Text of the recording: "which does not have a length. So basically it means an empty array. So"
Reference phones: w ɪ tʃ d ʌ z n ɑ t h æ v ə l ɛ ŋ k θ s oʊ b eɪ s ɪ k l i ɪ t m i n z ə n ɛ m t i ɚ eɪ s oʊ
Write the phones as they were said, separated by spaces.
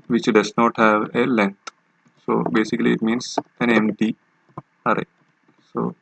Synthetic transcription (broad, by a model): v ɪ tʃ d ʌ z n ɑ t h æ v ə l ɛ ŋ k t s oʊ b eɪ s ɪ k l i ɪ t m i n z ə n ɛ m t i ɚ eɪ s oʊ